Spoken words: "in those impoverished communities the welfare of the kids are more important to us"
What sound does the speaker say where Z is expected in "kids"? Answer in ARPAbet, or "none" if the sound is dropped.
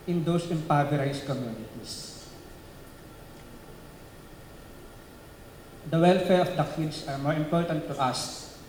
S